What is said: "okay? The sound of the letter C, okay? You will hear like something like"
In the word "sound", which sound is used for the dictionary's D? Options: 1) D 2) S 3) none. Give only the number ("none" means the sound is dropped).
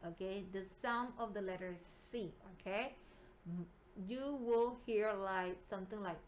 3